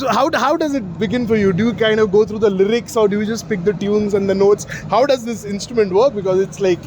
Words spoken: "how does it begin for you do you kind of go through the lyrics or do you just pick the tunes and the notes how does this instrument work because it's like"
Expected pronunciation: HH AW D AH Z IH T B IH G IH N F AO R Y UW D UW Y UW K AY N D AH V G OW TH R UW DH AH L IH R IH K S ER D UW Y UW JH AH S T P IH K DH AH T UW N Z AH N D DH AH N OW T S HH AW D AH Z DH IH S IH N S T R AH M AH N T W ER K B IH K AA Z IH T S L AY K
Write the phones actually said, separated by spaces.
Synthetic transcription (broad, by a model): HH AW D AH Z IH T B IH G IH N F AO R Y UW D UW Y UW K AY N D AH V G OW T R UW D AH L IH R IH K S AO D UW Y UW JH AH S T P IH K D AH T UW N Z AH N D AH N OW T S HH AW D AH Z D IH S IH N S T R AH M AH N T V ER K B IH K AA Z IH T S L AY K